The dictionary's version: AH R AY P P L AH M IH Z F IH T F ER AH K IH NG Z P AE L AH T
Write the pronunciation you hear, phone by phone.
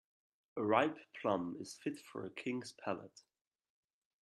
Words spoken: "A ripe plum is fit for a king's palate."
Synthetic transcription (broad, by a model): AH R AY P P L AH M IH Z F IH T F ER AH K IH NG Z P AE L AH T